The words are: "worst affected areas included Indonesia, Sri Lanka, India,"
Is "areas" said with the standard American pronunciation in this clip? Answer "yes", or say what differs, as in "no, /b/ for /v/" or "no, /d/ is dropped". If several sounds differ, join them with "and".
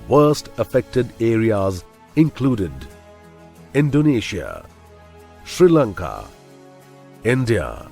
yes